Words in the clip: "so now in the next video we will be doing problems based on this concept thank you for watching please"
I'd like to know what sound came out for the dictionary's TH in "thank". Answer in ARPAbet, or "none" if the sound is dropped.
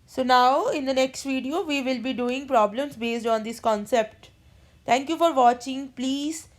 T